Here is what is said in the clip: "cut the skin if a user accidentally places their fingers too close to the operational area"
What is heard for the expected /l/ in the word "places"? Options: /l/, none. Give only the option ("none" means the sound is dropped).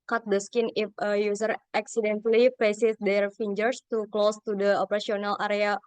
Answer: none